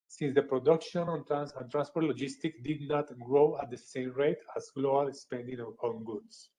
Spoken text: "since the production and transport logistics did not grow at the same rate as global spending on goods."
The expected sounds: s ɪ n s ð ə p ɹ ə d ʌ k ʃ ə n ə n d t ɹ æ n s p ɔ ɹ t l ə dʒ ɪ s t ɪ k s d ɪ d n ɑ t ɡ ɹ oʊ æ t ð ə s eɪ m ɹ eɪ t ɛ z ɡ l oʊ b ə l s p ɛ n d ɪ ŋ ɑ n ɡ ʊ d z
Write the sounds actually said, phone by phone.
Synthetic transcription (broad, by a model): s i n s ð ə p ɹ ə d ʌ k ʃ ə n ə n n t ɹ æ n s p ɔ ɹ t l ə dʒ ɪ s t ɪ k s d ɪ d n ɑ t ɡ ɹ oʊ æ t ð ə s eɪ m ɹ eɪ t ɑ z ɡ l oʊ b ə l s p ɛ n d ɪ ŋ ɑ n ɡ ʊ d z